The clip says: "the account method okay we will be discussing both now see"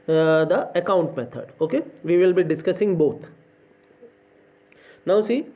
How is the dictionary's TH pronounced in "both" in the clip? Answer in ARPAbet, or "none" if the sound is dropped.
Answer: T